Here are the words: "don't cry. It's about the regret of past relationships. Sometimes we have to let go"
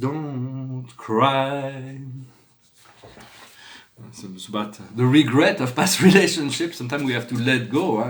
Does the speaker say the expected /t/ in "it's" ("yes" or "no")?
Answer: no